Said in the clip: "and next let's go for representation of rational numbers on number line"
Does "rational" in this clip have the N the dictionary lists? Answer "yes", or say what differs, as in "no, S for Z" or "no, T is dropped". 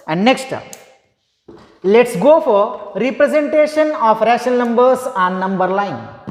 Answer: no, N is dropped